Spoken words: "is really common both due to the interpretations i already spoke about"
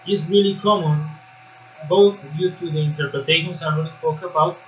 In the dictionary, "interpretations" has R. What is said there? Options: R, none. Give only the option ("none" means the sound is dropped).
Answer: none